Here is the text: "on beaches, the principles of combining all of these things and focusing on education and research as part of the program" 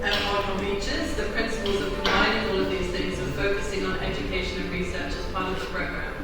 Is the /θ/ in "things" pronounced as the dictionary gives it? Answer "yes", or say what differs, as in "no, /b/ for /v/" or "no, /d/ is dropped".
yes